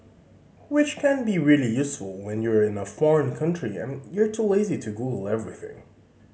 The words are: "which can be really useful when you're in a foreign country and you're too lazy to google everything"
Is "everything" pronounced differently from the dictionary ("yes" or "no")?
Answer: no